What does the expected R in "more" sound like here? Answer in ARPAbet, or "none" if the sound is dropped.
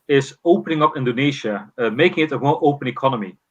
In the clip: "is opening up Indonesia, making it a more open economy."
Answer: L